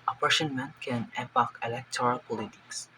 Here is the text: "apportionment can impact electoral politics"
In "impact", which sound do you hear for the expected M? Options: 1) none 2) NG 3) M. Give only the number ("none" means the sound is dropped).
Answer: 1